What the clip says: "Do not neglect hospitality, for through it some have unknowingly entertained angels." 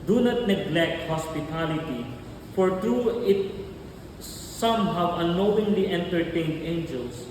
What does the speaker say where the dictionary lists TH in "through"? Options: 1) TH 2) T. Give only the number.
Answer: 2